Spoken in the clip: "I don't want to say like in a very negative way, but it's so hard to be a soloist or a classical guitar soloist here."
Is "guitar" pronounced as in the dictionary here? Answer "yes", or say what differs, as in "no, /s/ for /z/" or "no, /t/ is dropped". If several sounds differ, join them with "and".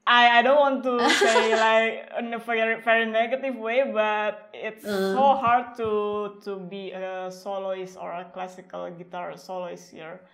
yes